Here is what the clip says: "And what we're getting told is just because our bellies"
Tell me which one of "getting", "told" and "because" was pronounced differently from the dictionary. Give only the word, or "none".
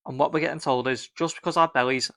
none